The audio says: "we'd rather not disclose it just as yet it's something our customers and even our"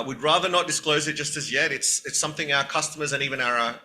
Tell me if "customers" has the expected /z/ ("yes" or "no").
yes